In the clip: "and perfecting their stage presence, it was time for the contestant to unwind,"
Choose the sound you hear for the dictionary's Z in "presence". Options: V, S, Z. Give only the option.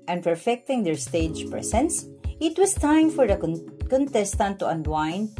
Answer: S